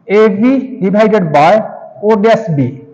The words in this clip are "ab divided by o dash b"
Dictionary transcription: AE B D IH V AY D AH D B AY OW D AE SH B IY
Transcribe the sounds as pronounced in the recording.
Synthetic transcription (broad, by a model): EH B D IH B AY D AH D B AY OW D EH S B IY